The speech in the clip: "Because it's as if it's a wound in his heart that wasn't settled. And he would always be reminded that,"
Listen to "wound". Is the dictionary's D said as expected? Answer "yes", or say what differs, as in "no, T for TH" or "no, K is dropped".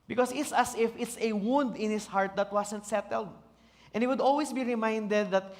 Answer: yes